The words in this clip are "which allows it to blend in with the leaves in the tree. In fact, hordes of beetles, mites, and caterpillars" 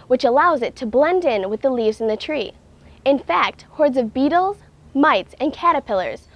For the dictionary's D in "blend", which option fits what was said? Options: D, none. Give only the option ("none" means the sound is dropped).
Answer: D